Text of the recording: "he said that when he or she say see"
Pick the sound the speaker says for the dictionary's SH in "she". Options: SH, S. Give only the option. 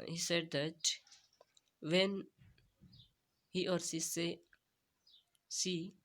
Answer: S